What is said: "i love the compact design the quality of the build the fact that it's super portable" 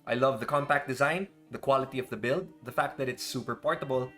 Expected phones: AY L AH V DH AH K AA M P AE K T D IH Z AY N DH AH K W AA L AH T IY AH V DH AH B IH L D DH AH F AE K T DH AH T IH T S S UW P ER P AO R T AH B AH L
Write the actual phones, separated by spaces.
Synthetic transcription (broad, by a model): AY L AH V DH AH K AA M P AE K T D IH Z AY N DH AH K W AA L AH T IY AH V DH AH B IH L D DH AH F AE K T DH AH T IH T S S UW P ER P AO R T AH B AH L